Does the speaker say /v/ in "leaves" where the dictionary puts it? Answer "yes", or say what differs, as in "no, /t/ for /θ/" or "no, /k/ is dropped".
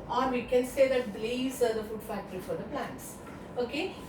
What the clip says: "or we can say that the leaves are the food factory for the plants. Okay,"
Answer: no, /v/ is dropped